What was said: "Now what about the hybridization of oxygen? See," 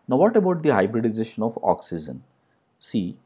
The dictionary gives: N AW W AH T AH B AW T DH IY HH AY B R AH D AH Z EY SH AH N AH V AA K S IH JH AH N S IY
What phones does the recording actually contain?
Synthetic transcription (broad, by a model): N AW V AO T AH B AW T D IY HH AY B R AH D AH Z EY SH AH N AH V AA K S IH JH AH N S IY